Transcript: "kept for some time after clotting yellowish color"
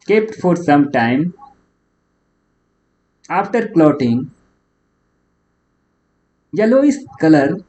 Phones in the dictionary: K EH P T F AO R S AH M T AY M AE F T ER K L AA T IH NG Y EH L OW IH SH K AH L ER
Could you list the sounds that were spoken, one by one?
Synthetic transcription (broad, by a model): K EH P T F AO R S AH M T AY M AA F T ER K L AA T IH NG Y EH L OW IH S K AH L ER